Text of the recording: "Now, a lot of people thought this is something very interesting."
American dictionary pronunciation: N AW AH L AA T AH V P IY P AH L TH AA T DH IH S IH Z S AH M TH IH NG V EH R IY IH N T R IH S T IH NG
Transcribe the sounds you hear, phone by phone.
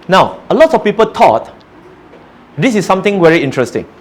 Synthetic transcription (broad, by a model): N AW AH L AA T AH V P IY P AH L T AA T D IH S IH S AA M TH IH NG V EH R IY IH N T R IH S T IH NG